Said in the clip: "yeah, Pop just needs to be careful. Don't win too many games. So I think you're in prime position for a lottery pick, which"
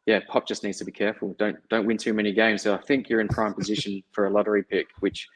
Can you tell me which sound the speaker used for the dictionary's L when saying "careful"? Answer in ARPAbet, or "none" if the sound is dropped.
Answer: N